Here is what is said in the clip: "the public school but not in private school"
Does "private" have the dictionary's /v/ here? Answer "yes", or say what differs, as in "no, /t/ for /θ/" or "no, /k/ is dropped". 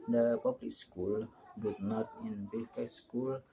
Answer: no, /f/ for /v/